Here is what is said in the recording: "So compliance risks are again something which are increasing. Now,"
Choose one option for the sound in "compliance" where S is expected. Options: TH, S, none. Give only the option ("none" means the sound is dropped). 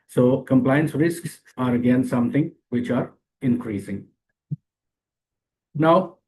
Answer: S